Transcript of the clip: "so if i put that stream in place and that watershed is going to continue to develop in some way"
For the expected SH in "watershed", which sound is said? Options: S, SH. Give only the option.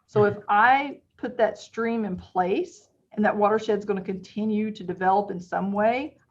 SH